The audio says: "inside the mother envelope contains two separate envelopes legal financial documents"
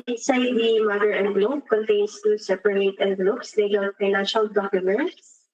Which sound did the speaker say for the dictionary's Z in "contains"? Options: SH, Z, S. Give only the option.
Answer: S